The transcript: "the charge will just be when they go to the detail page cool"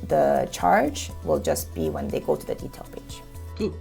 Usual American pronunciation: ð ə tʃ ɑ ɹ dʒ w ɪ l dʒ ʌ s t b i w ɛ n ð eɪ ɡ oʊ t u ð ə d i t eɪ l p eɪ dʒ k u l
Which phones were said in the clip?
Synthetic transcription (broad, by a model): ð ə tʃ ɑ ɹ dʒ w ɪ l dʒ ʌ s b i w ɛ n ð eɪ ɡ oʊ t u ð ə d i t eɪ l b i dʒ